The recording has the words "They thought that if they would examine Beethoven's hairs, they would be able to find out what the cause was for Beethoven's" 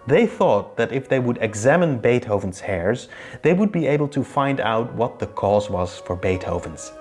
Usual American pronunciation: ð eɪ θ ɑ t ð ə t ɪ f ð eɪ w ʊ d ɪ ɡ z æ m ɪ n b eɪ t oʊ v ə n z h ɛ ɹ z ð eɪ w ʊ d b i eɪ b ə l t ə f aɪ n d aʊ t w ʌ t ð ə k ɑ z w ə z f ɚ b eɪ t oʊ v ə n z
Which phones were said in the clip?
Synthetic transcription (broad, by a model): ð eɪ θ ɑ t ð ə t ɪ f ð eɪ w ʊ d ɪ ɡ z æ m ɪ n b eɪ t oʊ v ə n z h ɛ ɹ z ð eɪ w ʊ d b i eɪ b l t ə f aɪ n d aʊ t w ʌ t ð ə k ɑ z w ə z f ɚ b eɪ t oʊ v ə n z